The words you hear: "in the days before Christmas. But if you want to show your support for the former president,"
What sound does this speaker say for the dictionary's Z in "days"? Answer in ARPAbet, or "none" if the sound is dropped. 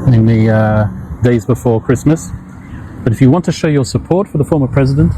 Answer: Z